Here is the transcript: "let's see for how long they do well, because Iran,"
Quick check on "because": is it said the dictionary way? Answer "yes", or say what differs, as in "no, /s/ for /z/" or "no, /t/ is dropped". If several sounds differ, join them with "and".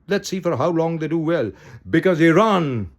yes